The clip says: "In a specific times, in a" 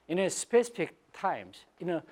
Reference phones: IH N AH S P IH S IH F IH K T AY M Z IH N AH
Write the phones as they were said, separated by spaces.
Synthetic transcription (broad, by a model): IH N AH S P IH S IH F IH K T AY M S IH N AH